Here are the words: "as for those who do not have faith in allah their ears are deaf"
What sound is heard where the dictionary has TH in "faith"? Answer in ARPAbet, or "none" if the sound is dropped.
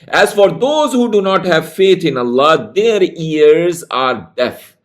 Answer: T